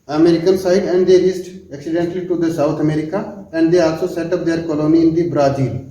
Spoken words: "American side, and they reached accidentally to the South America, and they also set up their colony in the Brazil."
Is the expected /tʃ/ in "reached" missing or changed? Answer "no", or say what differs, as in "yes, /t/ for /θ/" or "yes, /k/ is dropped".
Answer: yes, /s/ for /tʃ/